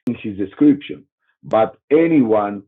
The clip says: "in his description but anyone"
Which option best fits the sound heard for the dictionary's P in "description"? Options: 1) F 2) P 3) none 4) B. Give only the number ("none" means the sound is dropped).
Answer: 2